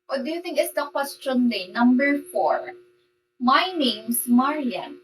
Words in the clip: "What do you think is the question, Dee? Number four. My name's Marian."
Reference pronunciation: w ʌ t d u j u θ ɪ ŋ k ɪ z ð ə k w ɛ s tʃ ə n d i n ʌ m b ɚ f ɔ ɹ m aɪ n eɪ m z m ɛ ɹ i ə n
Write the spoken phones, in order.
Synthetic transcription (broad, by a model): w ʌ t d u j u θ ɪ ŋ k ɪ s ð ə k w ɛ s tʃ ə n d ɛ n ʌ m b ɚ f ɔ ɹ m aɪ n eɪ m s m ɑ ɹ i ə n